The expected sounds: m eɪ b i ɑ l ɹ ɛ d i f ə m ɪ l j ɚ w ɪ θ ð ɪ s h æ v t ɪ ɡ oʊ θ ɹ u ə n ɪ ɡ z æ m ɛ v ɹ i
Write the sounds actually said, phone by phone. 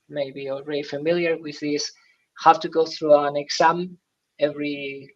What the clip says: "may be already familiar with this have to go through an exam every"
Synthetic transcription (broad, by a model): m eɪ b i ɑ l ɹ ɛ d i f ə m ɪ l j ɚ w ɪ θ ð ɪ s h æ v t ɪ ɡ oʊ θ ɹ u ə n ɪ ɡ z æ m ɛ v ɹ i